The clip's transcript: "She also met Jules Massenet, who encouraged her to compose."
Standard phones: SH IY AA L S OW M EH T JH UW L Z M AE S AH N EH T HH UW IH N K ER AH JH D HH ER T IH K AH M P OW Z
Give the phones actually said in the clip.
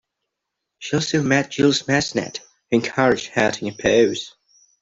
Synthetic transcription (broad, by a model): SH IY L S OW M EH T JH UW L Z M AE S N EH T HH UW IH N K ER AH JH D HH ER T IH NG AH P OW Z